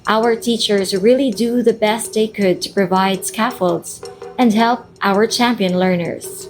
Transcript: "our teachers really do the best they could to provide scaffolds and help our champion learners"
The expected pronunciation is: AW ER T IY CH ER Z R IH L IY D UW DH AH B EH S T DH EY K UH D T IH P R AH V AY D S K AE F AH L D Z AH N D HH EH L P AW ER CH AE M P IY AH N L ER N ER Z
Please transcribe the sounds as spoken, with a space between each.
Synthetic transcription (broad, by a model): AW ER T IY CH ER Z R IH L IY D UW DH AH B EH S T DH EY K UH D T IH P R AH V AY D S K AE F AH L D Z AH N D HH EH L P AW ER CH AE M P IY AH N L ER N ER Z